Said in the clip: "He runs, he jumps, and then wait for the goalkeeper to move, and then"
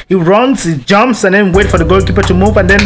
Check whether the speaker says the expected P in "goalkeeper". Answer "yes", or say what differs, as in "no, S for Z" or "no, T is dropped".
yes